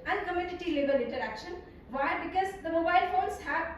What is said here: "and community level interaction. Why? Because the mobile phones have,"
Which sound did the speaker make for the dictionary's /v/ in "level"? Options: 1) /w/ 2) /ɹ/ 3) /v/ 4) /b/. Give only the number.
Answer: 4